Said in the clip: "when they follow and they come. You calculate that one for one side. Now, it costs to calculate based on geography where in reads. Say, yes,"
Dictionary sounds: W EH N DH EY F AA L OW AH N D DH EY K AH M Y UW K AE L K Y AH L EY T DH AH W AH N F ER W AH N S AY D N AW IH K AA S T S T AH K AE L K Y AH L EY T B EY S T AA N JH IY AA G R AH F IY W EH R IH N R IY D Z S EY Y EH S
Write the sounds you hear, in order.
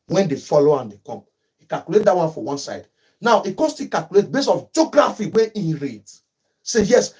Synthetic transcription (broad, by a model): W EH N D EY F AA L OW AH N D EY K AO M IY K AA L K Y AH L EY T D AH W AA N F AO W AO N S AY D N AW IH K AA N S T AH K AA L K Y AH L EY T B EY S AA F JH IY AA G R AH F IY W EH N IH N R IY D S EY Y EH S